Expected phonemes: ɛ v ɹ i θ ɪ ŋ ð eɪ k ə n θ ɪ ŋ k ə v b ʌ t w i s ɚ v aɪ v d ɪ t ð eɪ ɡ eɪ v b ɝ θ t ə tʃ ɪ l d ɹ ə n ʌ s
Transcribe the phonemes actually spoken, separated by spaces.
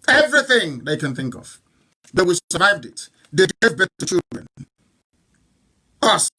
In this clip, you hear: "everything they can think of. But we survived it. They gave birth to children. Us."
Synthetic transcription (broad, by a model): ɛ v ɹ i θ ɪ ŋ ð eɪ k ə n θ ɪ ŋ k ə v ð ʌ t w i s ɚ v aɪ v d ɪ t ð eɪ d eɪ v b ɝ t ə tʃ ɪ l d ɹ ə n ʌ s